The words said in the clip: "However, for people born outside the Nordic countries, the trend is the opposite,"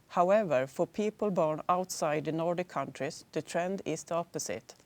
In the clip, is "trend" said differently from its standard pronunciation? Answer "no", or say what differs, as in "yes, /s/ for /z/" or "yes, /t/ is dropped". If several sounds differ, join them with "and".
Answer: no